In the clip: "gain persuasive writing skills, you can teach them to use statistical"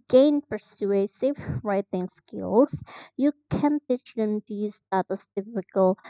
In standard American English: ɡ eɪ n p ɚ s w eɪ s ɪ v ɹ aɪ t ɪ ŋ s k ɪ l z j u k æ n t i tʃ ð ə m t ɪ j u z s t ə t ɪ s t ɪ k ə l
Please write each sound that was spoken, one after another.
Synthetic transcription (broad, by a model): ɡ eɪ n p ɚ s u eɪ s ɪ f ɹ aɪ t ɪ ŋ s k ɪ l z j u k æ n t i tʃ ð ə m t ɪ j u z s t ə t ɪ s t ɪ k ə l